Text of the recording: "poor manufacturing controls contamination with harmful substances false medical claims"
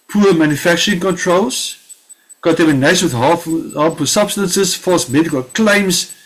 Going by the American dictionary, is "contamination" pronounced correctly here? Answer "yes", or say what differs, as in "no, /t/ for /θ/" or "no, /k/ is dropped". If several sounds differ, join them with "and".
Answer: no, /ʃ/ is dropped